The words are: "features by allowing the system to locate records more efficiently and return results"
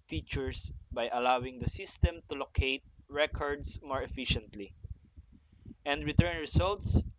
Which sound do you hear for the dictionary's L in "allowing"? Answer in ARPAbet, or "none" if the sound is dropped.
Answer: L